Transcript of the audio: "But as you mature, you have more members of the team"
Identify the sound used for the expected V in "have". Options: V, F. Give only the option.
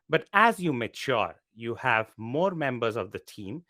V